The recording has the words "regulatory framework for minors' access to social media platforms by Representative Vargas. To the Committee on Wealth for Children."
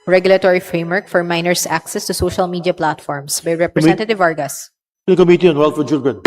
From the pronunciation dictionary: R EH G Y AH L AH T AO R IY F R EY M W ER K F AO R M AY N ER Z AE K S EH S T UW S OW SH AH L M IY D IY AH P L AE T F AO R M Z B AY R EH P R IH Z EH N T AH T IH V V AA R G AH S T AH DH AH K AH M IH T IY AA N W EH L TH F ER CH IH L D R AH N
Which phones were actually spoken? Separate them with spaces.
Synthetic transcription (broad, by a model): R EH G Y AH L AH T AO R IY F R EY M W ER K F AO R M AY N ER S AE K S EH S T UW S OW SH AH L M IY D IY AH P L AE T F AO R M S B AY R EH P R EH N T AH T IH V V AA R G AH S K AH M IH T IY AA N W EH L T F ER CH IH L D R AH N